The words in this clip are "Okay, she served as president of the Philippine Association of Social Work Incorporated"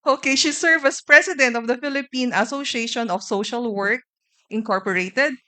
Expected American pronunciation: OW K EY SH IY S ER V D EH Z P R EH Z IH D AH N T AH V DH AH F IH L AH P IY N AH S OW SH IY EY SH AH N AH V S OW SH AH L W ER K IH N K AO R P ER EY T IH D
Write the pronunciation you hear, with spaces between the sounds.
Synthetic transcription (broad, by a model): OW K EY SH IY S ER V AH S P R EH S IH D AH N T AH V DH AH F IH L AH P IY N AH S OW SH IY EY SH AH N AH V S OW SH AH L W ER K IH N K AO R P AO EY T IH D